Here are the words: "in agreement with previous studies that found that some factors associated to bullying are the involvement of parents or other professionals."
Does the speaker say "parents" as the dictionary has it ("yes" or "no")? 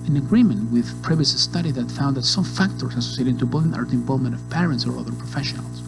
yes